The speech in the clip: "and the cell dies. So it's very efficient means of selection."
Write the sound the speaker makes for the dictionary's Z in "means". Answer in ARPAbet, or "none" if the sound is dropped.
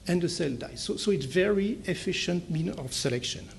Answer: none